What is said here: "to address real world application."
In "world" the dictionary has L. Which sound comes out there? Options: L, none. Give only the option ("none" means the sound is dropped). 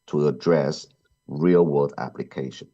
none